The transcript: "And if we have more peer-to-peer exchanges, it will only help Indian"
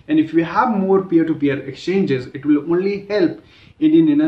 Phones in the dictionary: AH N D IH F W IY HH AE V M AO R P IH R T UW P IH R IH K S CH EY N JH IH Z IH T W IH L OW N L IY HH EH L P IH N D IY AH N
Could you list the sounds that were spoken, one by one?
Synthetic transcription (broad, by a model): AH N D IH F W IY HH AE V M AO R P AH R T UW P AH R IH K S CH EY N JH IH Z IH T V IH L OW N L IY HH EH L P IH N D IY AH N